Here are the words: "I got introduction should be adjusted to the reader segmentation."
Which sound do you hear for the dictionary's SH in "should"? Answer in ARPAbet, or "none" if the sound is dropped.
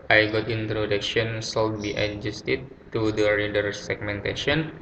S